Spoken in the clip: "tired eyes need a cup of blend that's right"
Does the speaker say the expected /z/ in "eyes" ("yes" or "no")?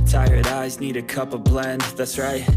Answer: yes